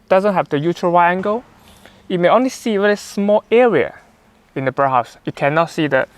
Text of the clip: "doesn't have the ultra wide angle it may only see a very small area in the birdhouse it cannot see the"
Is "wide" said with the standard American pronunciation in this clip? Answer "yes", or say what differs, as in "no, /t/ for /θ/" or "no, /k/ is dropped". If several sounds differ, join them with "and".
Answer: no, /d/ is dropped